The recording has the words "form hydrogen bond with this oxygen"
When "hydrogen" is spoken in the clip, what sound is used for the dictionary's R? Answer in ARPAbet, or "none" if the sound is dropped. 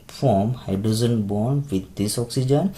none